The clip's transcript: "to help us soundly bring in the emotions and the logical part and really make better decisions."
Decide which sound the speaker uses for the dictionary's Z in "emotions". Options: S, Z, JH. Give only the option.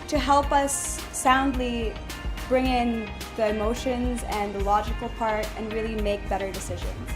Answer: Z